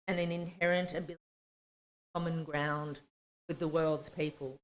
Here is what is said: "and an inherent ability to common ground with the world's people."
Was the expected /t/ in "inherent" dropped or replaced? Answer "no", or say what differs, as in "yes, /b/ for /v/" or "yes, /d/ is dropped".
no